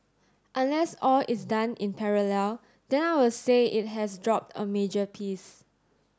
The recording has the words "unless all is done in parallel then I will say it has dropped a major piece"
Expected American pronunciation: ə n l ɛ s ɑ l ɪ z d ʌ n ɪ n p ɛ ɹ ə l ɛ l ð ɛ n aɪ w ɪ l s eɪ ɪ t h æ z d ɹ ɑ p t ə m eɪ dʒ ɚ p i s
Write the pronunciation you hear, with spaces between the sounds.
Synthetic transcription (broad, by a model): ə n l ɛ s ɑ l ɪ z d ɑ n ɪ n p ɛ ɹ ə l ɛ l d ɛ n aɪ w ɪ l s eɪ ɪ t h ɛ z d ɹ ɑ p t ə m eɪ dʒ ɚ p i s